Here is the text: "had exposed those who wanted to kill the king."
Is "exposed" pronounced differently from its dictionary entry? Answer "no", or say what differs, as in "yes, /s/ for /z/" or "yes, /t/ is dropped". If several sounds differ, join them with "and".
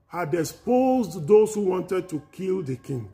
yes, /k/ is dropped